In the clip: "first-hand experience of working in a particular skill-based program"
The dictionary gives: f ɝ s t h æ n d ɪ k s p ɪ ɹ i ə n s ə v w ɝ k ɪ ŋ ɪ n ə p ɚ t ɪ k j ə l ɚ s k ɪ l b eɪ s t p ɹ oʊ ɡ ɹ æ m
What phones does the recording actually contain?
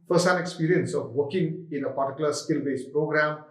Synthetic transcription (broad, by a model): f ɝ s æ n ɪ k s p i ɹ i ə n s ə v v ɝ k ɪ ŋ ɪ n ə p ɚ t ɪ k j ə l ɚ s k ɪ l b eɪ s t p ɹ oʊ ɡ ɹ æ m